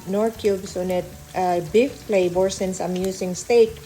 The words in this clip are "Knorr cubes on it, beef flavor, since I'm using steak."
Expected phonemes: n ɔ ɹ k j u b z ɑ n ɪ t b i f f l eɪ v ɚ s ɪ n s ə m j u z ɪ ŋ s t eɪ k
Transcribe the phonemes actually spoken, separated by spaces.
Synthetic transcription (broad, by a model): n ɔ ɹ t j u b s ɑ n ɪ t b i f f l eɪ b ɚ s ɪ n s ə m j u s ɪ ŋ s t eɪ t